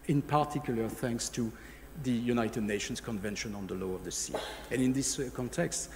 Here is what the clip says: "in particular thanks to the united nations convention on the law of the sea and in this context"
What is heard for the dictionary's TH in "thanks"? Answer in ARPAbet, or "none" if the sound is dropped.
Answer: TH